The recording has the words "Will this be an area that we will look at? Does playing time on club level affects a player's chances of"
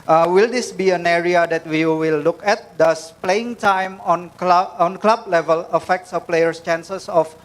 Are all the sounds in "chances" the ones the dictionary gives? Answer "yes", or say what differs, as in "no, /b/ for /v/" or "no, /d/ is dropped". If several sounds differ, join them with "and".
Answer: no, /s/ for /z/